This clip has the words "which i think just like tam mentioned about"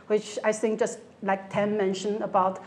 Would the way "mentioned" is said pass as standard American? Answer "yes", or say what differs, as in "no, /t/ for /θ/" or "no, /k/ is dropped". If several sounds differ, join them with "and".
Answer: no, /d/ is dropped